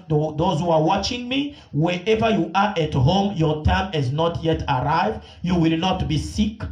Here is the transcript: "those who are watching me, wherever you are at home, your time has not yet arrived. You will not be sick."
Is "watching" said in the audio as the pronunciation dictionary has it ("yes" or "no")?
yes